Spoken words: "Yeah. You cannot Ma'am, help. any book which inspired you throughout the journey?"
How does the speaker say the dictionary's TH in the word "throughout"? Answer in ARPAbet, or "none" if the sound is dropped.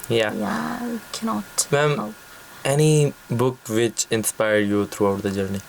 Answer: T